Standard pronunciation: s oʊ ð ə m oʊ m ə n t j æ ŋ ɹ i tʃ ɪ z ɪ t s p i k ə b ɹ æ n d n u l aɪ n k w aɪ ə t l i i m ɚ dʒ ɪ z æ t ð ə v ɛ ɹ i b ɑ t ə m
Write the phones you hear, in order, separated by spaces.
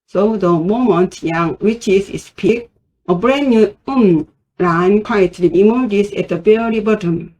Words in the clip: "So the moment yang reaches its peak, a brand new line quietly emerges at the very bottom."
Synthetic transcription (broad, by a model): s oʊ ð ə m oʊ m ə n t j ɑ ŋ w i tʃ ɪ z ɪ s p i k ə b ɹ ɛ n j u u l aɪ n k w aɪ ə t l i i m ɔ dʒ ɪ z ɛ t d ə b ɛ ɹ i b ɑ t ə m